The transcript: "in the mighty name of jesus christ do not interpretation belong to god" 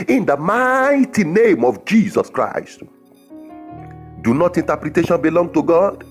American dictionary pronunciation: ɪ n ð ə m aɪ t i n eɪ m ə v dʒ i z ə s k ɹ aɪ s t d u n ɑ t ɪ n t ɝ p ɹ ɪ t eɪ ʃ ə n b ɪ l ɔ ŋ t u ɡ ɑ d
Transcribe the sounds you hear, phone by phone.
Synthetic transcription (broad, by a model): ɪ n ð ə m aɪ t i n eɪ m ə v dʒ i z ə s k ɹ aɪ s t d u n ɑ t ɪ n t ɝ p ɹ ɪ t eɪ ʃ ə n b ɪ l ɔ ŋ t u ɡ ɑ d